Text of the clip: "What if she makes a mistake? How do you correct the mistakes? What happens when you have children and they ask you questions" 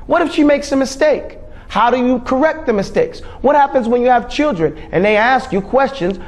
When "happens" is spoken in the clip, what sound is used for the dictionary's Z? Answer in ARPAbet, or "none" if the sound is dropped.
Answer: Z